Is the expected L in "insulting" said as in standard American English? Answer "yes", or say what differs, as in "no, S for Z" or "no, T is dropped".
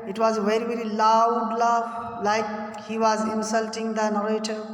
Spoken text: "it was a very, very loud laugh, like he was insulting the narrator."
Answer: yes